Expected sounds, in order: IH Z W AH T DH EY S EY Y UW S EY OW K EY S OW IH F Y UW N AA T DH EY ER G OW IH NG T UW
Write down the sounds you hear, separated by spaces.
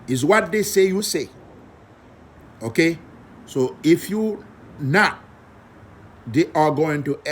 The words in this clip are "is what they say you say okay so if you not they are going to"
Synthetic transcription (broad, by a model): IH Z W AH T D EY S EY Y UW S EY OW K EY S OW IH F Y UW N AA T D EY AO G OW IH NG T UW